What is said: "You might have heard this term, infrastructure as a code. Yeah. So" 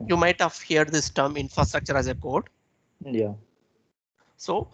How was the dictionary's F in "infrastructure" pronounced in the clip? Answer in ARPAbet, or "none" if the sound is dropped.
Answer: F